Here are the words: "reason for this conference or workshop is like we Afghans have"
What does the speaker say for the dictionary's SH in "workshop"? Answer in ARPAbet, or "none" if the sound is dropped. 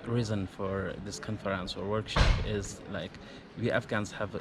SH